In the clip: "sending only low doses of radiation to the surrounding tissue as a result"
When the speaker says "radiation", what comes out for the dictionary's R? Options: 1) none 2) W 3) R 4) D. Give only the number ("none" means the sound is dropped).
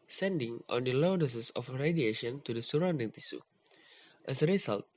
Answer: 3